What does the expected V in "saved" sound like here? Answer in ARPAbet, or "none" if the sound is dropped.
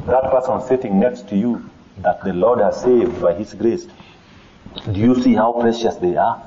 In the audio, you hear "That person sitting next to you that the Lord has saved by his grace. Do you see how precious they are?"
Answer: V